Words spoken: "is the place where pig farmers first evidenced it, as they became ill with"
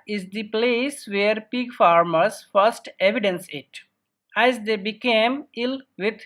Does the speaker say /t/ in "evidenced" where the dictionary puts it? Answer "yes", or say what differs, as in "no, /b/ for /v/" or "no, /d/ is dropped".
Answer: no, /t/ is dropped